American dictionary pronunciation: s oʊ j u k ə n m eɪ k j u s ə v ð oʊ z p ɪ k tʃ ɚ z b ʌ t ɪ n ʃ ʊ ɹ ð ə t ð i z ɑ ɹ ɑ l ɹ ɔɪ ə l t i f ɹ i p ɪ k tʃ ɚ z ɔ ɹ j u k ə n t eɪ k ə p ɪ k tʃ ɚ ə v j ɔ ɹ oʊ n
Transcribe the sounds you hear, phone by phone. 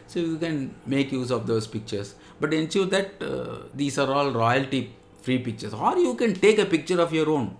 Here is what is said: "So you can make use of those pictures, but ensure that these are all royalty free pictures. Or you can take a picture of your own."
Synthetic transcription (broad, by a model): s oʊ j u k ə n m eɪ k j u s ə v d oʊ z p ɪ k tʃ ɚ s b ʌ t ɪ n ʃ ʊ ɹ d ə t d i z ɑ ɹ ɑ l ɹ ɔɪ ə l t i f ɹ i p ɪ k tʃ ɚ s ɔ ɹ j u k ə n t eɪ k ə p ɪ k tʃ ɚ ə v j ɔ ɹ oʊ n